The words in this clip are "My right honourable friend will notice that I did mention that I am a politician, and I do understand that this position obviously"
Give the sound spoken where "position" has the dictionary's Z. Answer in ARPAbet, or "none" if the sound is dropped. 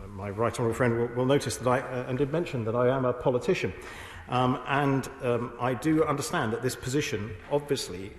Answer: Z